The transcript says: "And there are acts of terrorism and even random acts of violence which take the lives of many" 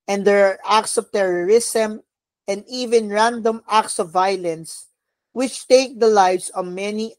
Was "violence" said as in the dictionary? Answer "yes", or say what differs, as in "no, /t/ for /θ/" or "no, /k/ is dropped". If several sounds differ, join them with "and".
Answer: yes